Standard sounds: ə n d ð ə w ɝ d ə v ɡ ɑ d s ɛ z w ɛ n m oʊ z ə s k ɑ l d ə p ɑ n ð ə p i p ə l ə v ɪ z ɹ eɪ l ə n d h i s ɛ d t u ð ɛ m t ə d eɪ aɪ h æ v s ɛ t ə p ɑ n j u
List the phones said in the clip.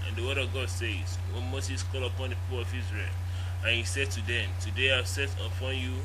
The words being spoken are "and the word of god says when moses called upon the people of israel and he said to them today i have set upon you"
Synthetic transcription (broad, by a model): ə n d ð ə w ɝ d ə v ɡ ɑ d s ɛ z w ɛ n m oʊ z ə s k ɑ l ə p ɑ n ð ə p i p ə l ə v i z ɹ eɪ l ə n h i s ɛ d t u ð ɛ m t ə d eɪ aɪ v s ɛ t ə p ɑ n j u